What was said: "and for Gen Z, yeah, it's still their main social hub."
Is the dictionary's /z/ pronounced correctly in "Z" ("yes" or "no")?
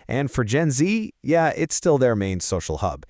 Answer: yes